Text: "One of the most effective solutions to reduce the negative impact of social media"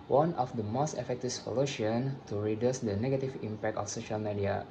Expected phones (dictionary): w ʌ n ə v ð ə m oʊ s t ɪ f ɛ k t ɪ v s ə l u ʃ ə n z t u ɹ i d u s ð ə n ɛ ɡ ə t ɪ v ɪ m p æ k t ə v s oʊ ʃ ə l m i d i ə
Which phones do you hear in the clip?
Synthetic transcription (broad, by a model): w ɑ n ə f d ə m oʊ s t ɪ f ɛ k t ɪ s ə l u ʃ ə n t u ɹ i d u s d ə n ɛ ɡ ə t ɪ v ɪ m p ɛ k t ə f s oʊ ʃ ə l m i d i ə